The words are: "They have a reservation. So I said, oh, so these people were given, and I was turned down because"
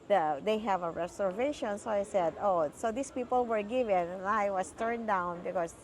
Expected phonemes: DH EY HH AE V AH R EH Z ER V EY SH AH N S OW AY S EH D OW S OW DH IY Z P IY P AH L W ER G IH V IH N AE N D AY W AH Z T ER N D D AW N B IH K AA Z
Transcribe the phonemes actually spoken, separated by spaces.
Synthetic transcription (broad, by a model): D EY HH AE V AH R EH S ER V EY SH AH N S OW AY S EH D OW S OW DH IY S P IY P AH L W ER G IH V IH N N AY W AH S T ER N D D AW N B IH K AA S